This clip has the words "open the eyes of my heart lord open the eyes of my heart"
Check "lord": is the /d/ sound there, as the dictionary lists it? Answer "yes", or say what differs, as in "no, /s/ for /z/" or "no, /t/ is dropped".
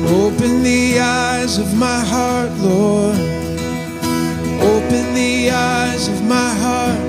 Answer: no, /d/ is dropped